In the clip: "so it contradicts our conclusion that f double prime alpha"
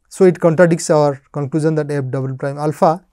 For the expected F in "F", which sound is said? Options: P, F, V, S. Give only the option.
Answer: P